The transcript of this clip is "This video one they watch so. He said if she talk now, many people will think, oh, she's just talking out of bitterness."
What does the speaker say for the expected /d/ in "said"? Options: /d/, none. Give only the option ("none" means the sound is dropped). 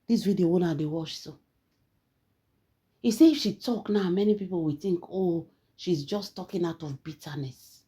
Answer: none